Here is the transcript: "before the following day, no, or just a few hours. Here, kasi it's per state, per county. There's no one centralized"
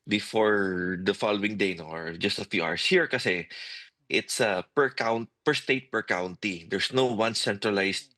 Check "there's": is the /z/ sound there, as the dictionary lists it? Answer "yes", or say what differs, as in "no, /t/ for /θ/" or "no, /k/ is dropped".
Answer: no, /s/ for /z/